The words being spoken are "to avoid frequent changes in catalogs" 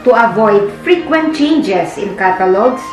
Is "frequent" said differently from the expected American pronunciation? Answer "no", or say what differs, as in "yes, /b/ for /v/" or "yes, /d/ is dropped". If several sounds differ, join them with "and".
no